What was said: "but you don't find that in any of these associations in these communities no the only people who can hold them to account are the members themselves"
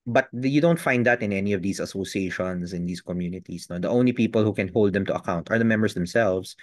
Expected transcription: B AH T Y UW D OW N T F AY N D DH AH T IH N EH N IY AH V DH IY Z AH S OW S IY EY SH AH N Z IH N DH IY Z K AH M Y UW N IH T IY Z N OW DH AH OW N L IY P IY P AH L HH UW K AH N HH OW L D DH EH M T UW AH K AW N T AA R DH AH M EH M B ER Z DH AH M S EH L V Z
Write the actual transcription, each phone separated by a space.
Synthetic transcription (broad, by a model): B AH T Y UW D OW N T F AY N D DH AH T IH N EH N IY AH V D IY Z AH S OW S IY EY SH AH N S IH N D IY S K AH M Y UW N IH T IY S N OW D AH OW N L IY P IY P AH L HH UW K AH N HH OW L D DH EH M T UW AH K AW N T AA R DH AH M EH M B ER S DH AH M S EH L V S